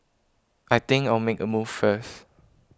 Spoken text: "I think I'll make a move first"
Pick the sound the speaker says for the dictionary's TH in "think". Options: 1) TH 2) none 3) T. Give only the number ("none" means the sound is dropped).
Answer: 3